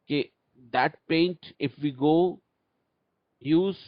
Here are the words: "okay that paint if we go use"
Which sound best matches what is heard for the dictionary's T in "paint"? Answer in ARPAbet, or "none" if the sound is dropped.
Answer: T